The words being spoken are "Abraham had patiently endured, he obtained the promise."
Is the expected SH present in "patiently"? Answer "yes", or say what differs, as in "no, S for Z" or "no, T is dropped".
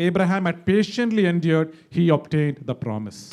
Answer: yes